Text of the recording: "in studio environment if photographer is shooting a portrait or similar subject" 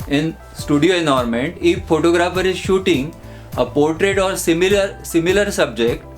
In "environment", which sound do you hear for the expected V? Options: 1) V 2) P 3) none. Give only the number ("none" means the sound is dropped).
3